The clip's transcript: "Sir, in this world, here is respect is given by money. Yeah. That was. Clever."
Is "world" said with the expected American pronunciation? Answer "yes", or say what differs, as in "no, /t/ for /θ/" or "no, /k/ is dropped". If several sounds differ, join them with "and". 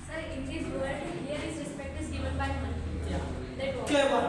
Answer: no, /l/ is dropped